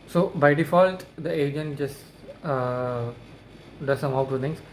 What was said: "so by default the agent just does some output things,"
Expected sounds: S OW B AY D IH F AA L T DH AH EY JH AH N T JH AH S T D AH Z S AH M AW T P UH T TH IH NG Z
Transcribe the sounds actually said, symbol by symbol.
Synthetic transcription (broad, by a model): S OW B AY D IH F AA L T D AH EY JH AH N T JH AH S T D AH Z S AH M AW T UW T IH NG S